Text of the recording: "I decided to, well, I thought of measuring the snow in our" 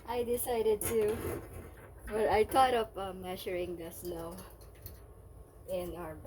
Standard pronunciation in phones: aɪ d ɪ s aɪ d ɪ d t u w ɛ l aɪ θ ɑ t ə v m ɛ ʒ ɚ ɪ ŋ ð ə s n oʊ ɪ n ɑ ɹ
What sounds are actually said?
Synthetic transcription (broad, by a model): aɪ d ɪ s aɪ d ɪ d t u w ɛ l aɪ t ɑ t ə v m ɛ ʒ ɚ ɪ ŋ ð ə s l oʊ ɪ n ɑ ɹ